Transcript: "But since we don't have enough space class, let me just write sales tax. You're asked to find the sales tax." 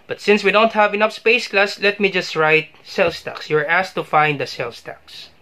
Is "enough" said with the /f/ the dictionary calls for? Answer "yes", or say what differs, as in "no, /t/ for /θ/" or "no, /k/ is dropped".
no, /p/ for /f/